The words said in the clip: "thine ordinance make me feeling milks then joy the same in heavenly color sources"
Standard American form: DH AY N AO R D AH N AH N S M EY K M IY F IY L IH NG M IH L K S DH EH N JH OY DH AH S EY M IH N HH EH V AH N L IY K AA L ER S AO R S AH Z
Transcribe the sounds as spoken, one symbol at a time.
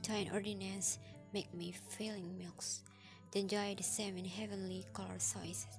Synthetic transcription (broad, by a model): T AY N AO R D AH N AH N S M EY K M IY F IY L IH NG M IH L K S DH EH N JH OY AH S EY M IH N HH EH V AH N L IY K AA L ER S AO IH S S